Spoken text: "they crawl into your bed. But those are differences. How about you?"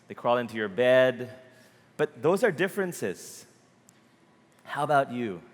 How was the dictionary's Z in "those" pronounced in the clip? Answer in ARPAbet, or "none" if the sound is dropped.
Z